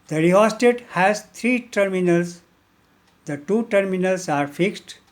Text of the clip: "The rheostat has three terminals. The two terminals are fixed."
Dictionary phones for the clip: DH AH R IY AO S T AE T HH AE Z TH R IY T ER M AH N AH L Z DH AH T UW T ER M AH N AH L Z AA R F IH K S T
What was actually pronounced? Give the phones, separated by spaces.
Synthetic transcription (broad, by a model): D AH R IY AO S T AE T HH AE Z T R IY T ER M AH N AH L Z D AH T UW T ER M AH N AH L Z AA R F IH K S T